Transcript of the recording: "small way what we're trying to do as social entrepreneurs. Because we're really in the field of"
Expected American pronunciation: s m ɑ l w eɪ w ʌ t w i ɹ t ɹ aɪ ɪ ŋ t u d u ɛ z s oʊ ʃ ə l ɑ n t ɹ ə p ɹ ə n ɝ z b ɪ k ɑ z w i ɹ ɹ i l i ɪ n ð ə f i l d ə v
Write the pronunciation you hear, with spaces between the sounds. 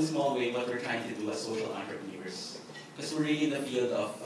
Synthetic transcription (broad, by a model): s m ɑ l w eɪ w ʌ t w i ɹ t ɹ aɪ ɪ ŋ t u d u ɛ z s oʊ ʃ ə l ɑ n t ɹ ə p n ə ɝ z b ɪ k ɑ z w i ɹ ɹ i l i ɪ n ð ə f i l d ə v